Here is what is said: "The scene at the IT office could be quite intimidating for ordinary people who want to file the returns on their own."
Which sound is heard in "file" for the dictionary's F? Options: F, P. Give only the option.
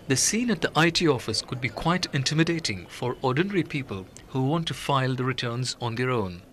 F